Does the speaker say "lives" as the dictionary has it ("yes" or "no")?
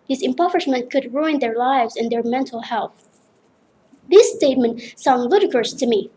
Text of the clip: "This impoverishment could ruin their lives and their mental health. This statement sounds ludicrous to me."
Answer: yes